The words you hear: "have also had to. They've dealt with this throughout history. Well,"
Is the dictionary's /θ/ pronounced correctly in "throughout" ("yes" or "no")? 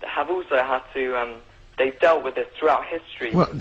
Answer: yes